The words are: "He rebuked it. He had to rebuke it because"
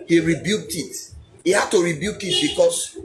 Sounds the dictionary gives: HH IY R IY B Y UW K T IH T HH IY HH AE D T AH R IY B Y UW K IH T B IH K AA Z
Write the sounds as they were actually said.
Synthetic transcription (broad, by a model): HH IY R IY B Y UW K T IH T HH IY HH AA D T AH R IY B Y UW K IH T B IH K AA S